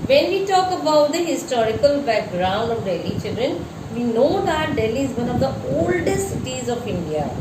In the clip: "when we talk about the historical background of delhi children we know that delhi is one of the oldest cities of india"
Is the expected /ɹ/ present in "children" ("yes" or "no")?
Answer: yes